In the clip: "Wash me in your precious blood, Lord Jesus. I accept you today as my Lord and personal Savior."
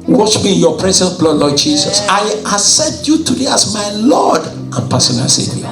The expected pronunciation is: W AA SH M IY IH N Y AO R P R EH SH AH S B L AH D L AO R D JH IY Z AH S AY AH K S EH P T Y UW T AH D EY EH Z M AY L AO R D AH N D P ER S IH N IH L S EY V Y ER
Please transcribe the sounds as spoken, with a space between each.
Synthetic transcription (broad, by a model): W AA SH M IY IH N Y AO P R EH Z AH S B L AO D L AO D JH IY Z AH S AY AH S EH T Y UW T AH D EY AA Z M AY L AO D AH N P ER S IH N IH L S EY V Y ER